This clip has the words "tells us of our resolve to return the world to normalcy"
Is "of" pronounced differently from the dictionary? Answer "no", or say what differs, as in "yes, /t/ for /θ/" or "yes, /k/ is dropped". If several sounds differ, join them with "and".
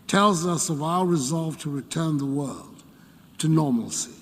no